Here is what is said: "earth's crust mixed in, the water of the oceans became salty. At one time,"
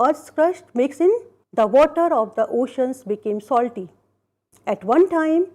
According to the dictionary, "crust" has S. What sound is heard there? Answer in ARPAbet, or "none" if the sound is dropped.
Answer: SH